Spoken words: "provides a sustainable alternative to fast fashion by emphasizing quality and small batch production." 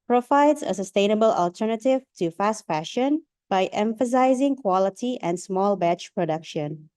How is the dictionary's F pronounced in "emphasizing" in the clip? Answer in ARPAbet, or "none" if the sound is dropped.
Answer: F